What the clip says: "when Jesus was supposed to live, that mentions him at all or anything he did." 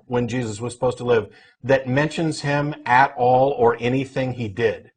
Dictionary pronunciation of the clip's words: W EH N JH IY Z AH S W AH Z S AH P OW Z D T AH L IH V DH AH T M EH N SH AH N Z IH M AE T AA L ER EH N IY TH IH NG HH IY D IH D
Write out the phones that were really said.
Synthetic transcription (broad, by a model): W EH N JH IY Z AH S W AH Z S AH P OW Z T AH L IH V DH AH T M EH N SH AH N Z IH M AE T AA L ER EH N IY TH IH NG IY D IH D